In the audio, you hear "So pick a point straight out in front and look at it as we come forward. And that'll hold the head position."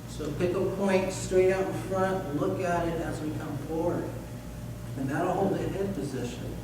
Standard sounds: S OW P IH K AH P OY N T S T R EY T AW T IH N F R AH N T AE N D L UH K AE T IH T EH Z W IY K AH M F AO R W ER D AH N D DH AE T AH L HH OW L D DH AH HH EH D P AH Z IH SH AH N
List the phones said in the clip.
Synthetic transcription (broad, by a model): S OW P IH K AH P OY N T S T R EY T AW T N F R AH N T L UH K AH T IH T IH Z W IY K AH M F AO R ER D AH N DH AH T HH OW L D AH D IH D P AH Z IH SH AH N